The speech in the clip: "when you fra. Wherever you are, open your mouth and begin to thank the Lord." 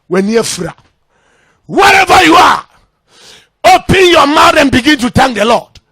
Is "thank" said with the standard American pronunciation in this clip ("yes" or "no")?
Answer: no